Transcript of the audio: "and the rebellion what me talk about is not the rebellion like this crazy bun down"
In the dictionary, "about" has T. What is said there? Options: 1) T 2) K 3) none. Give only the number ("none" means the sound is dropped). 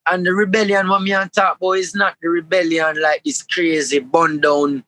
3